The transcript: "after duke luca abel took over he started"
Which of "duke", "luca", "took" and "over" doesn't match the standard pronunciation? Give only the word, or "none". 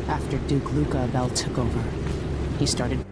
none